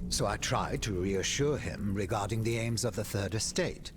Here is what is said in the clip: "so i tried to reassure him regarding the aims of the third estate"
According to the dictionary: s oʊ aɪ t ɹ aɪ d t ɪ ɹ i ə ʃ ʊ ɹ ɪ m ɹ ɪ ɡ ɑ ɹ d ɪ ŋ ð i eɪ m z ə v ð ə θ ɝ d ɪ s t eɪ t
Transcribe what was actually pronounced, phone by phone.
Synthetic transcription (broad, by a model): s oʊ aɪ t ɹ aɪ d t ɪ ɹ i ə ʃ ʊ ɹ ɪ m ɹ ɪ ɡ ɑ ɹ d ɪ ŋ ð i eɪ m z ə v ð ə θ ɝ d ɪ s t eɪ t